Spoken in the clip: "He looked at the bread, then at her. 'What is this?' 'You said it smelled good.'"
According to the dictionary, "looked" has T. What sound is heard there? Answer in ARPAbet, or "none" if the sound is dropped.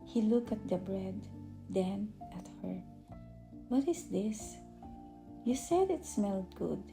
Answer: none